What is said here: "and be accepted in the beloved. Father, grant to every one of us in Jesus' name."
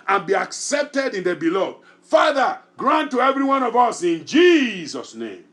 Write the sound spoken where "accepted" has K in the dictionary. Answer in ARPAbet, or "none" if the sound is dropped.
K